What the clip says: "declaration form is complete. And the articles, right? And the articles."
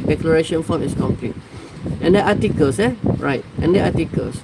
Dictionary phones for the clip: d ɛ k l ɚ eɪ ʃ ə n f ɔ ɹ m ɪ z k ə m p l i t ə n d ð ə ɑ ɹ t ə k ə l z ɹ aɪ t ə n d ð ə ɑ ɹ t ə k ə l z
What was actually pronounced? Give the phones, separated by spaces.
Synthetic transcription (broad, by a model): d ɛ k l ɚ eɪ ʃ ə n f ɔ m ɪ s k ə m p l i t ə n d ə ɑ t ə k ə l s ɹ aɪ t ə n d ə ɑ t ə k ə l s